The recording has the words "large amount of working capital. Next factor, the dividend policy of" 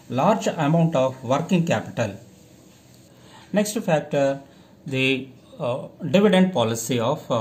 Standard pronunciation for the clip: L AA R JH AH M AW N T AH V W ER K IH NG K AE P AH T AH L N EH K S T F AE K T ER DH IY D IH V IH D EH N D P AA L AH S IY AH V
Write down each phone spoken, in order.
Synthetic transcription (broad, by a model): L AA R JH AH M AW N T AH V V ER K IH NG K AE P AH T AH L N EH K S T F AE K T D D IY D IH V IH D EH N D P AA L AH S IY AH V